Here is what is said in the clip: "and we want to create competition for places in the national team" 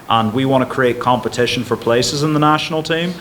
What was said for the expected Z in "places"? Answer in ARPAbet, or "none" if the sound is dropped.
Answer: Z